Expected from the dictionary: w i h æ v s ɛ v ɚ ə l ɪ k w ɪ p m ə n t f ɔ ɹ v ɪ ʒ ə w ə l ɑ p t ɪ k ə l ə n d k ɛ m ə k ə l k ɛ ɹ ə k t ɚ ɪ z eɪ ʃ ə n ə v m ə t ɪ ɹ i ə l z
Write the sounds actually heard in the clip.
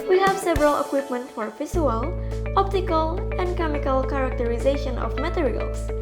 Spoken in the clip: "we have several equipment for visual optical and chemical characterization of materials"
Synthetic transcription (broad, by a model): w i h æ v s ɛ v ɚ ə l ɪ k w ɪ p m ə n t f ɔ ɹ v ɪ s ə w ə l ɑ p t ɪ k ə l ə n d k ɛ m ə k ə l k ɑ ɹ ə k t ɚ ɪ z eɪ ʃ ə n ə f m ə t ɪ ɹ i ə l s